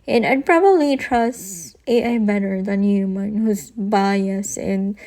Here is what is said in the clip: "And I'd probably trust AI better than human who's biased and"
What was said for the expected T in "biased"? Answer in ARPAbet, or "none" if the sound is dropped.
none